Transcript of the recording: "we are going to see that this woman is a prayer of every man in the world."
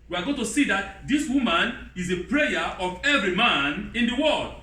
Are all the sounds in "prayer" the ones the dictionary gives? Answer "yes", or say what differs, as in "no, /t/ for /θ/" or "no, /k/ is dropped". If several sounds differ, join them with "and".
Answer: yes